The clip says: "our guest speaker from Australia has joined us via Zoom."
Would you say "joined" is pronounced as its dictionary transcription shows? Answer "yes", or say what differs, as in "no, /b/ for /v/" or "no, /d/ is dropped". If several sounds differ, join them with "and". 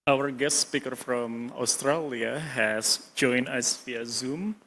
no, /d/ is dropped